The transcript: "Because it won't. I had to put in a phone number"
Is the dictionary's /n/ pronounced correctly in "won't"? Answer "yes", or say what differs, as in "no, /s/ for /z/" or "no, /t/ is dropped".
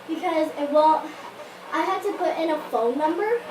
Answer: no, /l/ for /n/